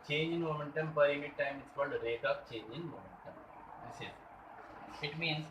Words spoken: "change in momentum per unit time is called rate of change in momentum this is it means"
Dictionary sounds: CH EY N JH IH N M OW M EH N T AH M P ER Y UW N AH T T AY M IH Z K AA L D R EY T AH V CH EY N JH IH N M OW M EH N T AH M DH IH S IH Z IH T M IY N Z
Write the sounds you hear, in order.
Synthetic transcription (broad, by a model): CH EY N JH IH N M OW M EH N T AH M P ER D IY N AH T T AY M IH S K AA L D R EY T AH P CH EY N JH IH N M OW M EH N T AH M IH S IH S IH T M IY N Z